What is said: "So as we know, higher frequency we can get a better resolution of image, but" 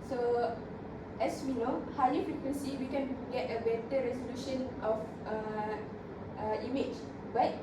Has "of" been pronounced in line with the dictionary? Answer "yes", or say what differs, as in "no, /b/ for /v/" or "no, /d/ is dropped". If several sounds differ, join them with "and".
no, /f/ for /v/